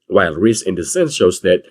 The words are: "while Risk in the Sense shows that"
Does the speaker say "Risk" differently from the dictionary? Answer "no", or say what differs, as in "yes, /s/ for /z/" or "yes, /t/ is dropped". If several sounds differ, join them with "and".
yes, /k/ is dropped